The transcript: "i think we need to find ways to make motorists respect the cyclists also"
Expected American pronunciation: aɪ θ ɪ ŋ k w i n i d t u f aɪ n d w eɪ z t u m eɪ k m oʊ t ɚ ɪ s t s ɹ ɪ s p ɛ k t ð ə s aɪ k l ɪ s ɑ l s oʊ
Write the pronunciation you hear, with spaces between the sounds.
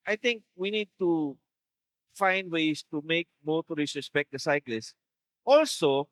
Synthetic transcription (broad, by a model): aɪ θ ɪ ŋ k w i n i d t u f aɪ n d w eɪ s t u m eɪ k m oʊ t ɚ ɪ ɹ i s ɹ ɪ s p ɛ k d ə s aɪ k l ɪ s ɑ l s oʊ